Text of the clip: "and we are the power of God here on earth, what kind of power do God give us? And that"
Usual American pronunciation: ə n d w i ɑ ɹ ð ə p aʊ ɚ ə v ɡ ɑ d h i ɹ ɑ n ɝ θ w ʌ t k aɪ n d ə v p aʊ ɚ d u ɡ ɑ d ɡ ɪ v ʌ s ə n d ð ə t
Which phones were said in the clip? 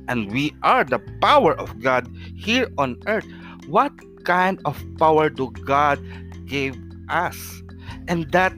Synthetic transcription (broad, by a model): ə n d w i ɑ ɹ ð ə p aʊ ɚ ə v ɡ ɑ d h i ɹ ɑ n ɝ t w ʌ t k aɪ n d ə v p aʊ ɚ d u ɡ ɑ d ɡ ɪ v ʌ s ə n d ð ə t